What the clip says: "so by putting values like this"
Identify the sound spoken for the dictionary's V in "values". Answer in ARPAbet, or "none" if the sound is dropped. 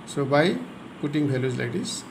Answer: B